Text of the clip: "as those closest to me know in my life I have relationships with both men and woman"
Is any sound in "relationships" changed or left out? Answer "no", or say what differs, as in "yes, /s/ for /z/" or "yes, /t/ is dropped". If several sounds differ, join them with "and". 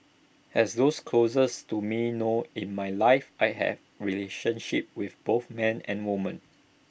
yes, /s/ is dropped